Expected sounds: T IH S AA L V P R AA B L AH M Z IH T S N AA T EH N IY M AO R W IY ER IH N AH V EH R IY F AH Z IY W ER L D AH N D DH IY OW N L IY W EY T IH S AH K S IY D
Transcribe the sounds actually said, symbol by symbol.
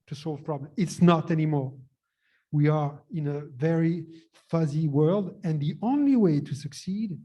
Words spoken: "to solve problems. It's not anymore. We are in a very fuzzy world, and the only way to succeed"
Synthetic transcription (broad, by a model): T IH S AA L V P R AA B L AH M IH T S N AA T EH N IY M AO R W IY ER IH N AH V EH R IY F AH Z IY W ER L D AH N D DH IY OW N L IY W EY T IH S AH K S IY D